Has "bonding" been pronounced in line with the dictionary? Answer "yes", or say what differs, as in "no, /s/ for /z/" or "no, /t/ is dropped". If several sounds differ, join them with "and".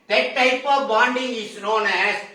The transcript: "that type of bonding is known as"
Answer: yes